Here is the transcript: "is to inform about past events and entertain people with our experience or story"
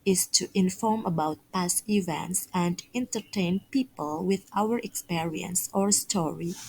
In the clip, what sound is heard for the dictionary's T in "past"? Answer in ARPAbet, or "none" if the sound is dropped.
none